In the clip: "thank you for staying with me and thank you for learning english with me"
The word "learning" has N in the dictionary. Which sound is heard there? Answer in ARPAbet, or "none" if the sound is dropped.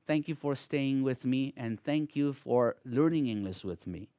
N